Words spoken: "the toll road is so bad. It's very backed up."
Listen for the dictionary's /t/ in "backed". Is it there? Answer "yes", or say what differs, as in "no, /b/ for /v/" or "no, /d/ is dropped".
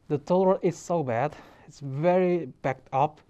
yes